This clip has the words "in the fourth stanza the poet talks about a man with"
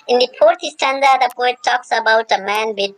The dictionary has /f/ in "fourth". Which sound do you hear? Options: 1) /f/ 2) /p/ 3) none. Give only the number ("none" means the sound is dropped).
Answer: 2